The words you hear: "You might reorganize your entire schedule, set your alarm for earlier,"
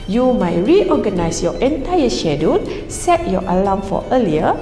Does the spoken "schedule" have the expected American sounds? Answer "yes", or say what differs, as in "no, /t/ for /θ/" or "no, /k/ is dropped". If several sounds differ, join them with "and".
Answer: no, /n/ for /l/